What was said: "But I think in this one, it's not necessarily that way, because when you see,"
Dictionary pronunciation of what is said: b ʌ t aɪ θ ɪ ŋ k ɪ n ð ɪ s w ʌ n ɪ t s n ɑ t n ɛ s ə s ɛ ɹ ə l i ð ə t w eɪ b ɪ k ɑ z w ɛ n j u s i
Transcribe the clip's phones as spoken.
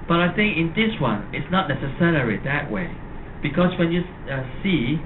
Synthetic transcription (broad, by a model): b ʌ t aɪ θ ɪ ŋ k ɪ n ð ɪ s w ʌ n ɪ t s n ɑ t n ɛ s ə s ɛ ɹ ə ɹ i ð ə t w eɪ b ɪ k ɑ s w ɛ n j u s i